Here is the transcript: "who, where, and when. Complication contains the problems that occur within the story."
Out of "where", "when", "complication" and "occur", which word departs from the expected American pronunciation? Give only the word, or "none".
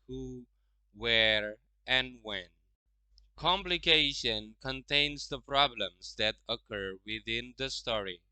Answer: none